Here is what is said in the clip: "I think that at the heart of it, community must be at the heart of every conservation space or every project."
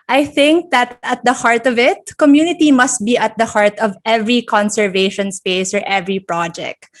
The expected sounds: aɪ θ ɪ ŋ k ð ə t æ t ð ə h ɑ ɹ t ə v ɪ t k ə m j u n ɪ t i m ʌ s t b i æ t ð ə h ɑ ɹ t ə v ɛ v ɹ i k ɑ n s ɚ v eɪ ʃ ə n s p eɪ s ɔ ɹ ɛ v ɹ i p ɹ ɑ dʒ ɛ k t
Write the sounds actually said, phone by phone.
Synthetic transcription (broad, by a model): aɪ θ ɪ ŋ k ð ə t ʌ t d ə h ɑ ɹ t ə v ɪ t k ə m j u n ɪ t i m ʌ s t b i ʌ t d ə h ɑ ɹ t ə v ɛ v ɹ i k ɑ n s ɚ v eɪ ʃ ə n s p eɪ s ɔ ɹ ɛ v ɹ i p ɹ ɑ dʒ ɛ k t